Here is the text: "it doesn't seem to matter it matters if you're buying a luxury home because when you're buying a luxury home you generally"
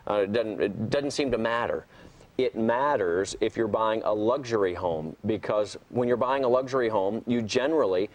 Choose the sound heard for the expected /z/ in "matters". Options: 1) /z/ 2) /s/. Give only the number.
1